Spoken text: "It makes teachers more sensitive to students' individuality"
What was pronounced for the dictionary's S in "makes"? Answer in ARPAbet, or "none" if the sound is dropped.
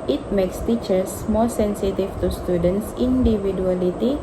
S